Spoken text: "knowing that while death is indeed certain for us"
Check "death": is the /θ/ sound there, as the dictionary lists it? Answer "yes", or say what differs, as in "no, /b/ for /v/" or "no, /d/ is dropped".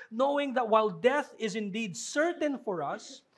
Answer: yes